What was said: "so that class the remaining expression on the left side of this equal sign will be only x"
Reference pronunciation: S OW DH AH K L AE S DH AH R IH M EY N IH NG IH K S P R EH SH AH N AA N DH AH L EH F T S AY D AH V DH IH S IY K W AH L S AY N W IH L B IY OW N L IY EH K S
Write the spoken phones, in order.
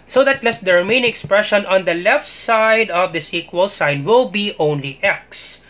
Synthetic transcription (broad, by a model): S OW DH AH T L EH S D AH R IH M EY IH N IH K S P R EH SH AH N AA N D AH L EH F T S AY D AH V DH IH S IY K W AH L S AY N W IH L B IY OW N L IY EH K S